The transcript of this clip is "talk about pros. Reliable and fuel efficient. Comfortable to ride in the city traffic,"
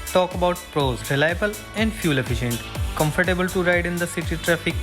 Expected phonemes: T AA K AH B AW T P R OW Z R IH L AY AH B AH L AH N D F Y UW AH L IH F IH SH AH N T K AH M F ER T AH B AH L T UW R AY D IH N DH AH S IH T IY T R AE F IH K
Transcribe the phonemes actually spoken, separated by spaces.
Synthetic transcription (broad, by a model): T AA K AH B AW T P R OW Z R IH L AY AH B AH L AH N D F Y UW L IH F IH SH AH N T K AH M F ER T AH B AH L T UW R AY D IH N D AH S IH T IY T R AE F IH K